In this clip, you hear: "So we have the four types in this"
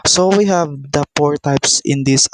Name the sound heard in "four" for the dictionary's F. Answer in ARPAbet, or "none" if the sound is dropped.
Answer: P